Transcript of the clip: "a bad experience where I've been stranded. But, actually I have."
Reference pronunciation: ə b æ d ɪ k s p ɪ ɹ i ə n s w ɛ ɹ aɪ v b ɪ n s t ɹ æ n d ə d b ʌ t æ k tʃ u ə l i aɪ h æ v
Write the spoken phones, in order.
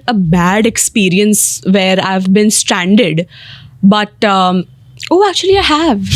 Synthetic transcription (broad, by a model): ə b æ d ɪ k s p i ɹ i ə n s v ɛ ɹ aɪ v b ɪ n s t ɹ æ n d ə d b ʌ t æ k tʃ u ə l i aɪ h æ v